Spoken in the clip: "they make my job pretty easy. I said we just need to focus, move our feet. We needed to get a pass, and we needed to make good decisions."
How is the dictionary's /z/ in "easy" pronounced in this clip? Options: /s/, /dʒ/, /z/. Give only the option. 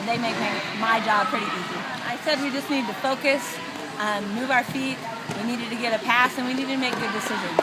/z/